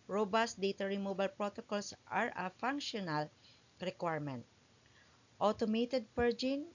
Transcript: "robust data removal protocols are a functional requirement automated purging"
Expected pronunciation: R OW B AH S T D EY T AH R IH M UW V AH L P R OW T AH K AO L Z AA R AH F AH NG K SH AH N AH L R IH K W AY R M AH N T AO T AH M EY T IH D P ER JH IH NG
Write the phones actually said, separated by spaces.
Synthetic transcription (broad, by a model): R OW B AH S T D EY T AH R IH M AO B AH L P R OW T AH K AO L S AA R AH F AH NG K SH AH N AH L R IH K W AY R M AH N T AO T AH M EY T IH D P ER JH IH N